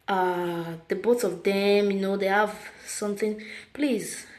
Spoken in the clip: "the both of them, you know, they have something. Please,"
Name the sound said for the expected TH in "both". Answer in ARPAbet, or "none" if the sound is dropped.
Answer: S